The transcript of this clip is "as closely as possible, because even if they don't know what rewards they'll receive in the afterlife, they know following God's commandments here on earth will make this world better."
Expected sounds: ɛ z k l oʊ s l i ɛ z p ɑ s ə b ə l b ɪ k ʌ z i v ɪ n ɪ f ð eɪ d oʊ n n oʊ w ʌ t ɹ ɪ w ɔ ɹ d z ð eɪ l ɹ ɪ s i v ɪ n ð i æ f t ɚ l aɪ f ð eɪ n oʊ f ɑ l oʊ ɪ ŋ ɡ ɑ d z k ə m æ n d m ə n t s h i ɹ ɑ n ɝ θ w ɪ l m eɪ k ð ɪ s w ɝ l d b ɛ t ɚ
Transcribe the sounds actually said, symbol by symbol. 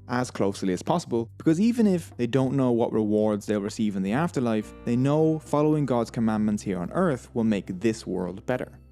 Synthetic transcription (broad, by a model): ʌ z k l oʊ s l i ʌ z p ɑ s ə b ə l b ɪ k ʌ z i v ɪ n ɪ f ð eɪ d oʊ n n oʊ w ʌ t ɹ ɪ w ɔ ɹ d z ð eɪ l ɹ ɪ s i v ɪ n ð i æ f t ɚ l aɪ f ð eɪ n oʊ f ɑ l oʊ ɪ ŋ ɡ ɑ d z k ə m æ n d m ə n t s h i ɹ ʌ n ɝ θ w ɪ l m eɪ k ð ɪ s w ɝ l d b ɛ t ɚ